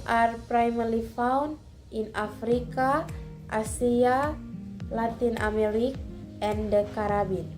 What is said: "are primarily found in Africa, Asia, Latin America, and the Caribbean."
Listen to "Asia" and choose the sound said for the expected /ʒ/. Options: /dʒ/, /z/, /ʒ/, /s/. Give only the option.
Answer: /s/